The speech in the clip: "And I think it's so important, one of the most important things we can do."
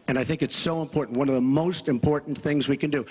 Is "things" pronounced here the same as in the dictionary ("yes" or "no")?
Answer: yes